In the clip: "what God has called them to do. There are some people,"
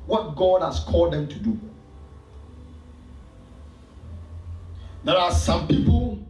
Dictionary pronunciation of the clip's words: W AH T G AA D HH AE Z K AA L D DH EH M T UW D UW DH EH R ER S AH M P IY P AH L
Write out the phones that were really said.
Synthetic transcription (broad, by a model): W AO T G AA D HH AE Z K AA L D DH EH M T UW D UW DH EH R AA S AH M P IY P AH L